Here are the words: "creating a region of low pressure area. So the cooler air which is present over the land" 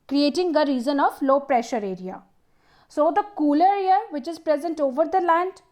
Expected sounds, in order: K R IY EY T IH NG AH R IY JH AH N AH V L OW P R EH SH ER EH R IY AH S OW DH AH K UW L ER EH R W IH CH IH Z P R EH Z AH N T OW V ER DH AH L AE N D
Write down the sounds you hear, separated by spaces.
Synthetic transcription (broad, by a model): K R IY EY T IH NG AH R IY Z AH N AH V L OW P R EH SH ER EH R IY AH S OW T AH K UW L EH R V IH CH IH Z P R EH Z AH N T OW V ER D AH L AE N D